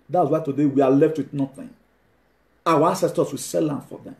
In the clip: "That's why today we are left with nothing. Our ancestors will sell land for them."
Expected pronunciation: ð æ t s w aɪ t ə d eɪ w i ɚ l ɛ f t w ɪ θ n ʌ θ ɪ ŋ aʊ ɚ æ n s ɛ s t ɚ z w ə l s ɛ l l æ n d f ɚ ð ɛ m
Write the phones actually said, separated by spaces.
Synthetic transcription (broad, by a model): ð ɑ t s w aɪ t ə d eɪ w i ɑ l ɛ f t w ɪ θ n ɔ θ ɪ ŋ aʊ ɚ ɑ s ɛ s t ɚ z w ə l s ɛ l l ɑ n f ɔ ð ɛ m